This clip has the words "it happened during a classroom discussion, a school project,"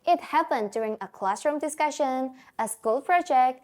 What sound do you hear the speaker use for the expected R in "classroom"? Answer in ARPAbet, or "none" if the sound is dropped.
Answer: R